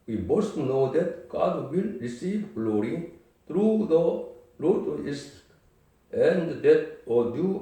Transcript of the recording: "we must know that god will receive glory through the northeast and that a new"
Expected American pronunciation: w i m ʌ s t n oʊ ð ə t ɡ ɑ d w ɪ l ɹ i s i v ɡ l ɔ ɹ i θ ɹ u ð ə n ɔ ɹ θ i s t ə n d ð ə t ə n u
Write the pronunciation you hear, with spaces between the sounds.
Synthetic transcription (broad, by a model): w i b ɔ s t n oʊ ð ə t ɡ ɑ d w ɪ l ɹ i s i v ɡ l ɔ ɹ i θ ɹ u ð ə l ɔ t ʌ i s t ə n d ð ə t ə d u